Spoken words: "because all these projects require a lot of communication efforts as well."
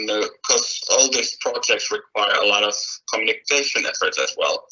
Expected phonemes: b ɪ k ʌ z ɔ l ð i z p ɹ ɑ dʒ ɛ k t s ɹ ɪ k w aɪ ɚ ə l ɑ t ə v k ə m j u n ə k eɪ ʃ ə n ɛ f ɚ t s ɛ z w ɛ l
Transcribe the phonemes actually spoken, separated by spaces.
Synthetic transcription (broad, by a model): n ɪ k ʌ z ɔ l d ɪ s p ɹ ɑ dʒ ɛ k t s ɹ ɪ k w aɪ ɚ ə l ɑ t ə v k ə m j u n ə k eɪ ʃ ə n ɛ f ɚ t s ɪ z w ɛ l